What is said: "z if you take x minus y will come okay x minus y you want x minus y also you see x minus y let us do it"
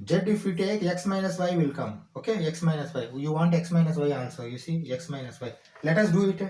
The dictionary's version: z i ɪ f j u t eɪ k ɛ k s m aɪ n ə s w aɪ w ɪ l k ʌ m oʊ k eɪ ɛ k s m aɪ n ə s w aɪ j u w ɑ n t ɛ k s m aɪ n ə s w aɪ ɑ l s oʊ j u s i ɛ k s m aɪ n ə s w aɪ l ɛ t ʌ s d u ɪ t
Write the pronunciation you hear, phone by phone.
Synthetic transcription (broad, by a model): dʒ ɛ ɪ f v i t eɪ k ɛ k s m aɪ n ə s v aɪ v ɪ l k ʌ m oʊ k eɪ ɛ k s m aɪ n ə s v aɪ j u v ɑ n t ɛ k s m aɪ n ə s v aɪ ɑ n s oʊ j u s i ɛ k s m aɪ n ə s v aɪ l ɛ t ʌ s d u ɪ t